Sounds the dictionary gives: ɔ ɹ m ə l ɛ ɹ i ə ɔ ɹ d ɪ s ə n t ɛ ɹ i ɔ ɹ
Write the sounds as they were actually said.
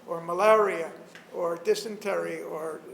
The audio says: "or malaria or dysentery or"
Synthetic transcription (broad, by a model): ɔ ɹ m ə l ɛ ɹ i ə ɔ ɹ d ɪ s ə n t ɛ ɹ i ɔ ɹ